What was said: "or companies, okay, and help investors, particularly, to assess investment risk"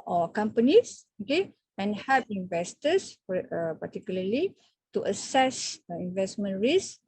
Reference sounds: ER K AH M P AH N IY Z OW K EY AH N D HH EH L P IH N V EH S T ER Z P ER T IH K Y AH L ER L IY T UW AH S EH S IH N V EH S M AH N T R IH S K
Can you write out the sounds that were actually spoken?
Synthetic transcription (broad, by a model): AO K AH M P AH N IY S OW K EY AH N HH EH P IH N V EH S T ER S P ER T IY K Y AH L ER L IY T UW AH S EH S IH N V EH S M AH N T R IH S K